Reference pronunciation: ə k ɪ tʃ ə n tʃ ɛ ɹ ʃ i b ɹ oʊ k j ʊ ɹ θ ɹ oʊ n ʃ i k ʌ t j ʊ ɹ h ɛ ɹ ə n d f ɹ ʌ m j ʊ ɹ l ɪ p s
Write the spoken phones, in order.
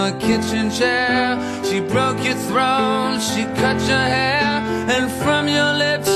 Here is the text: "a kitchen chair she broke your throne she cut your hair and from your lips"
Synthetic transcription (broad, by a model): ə k ɪ tʃ ə n tʃ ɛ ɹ ʃ i b ɹ oʊ k j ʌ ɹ θ ɹ oʊ n ʃ i k ʌ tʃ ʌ ɹ h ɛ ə n f ɹ ʌ m j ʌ ɹ l ɪ p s